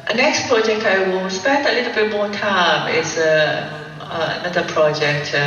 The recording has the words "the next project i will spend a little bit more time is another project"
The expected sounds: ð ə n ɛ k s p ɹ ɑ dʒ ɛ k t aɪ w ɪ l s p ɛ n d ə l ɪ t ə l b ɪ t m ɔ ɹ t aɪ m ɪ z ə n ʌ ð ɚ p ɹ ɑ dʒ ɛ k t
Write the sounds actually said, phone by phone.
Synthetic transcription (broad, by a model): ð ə n ɛ k s p ɹ ɑ dʒ ɛ k t aɪ w ɪ l s p ɛ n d ə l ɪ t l b ɪ t m ɔ t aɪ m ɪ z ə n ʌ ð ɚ p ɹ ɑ dʒ ɛ k t